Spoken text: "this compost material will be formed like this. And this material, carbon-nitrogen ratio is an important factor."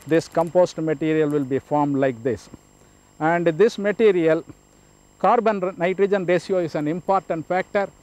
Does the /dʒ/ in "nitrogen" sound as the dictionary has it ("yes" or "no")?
yes